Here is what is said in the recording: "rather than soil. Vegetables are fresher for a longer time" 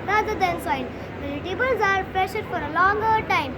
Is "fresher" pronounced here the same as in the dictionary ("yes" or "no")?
no